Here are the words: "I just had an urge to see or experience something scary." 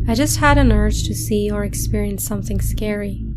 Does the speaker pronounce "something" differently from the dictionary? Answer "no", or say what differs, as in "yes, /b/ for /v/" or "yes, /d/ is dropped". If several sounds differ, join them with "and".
no